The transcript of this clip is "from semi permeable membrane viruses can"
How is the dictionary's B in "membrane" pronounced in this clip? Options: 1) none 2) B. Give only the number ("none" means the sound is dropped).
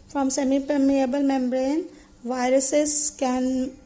2